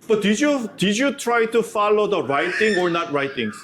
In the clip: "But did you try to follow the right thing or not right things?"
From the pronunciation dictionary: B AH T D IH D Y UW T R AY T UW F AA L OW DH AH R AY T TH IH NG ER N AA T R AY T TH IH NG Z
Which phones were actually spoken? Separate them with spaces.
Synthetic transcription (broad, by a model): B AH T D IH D Y UW T R AY T UW F AA L OW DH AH R AY T T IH NG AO N AA T R AY T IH NG